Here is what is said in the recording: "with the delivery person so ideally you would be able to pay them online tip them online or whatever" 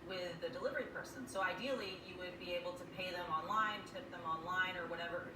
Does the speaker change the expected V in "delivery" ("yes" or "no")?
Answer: no